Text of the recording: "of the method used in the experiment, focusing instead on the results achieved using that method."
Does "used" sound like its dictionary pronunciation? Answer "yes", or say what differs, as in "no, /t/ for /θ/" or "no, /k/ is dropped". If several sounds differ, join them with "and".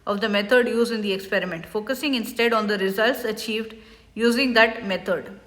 no, /d/ is dropped